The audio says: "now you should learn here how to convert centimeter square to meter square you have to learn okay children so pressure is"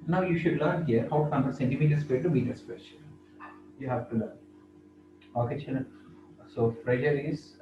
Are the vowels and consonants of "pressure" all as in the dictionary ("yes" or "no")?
no